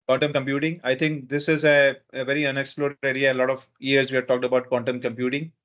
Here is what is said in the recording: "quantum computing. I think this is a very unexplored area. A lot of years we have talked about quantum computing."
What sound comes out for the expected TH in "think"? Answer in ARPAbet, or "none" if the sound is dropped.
T